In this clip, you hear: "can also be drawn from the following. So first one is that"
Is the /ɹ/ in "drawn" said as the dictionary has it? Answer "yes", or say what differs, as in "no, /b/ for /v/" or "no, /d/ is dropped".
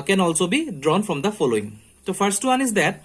yes